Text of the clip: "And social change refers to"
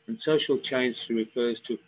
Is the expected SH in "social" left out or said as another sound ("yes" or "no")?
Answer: no